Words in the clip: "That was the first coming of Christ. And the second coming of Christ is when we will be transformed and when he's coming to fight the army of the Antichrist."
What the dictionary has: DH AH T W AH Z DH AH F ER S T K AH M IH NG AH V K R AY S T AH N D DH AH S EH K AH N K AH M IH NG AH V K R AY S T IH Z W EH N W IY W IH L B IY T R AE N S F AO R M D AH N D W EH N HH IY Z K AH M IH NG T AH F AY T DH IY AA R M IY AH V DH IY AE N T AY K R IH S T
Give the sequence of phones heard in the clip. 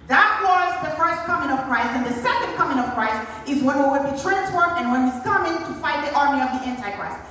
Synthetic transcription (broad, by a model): DH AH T W AH Z DH AH F ER S T K AH M IH NG AH V K R AY S T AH N DH AH S EH K AH N K AH M IH NG AH V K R AY S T IH Z W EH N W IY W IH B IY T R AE N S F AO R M AH N W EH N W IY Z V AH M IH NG T AH F AY T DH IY AA R M IY AH V DH IY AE N T AY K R IH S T